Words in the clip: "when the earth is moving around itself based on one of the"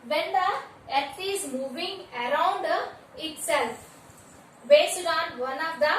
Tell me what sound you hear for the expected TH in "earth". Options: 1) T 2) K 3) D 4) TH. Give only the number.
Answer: 1